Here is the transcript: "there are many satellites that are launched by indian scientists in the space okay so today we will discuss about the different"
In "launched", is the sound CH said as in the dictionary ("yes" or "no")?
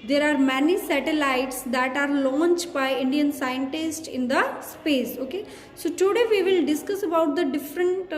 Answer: yes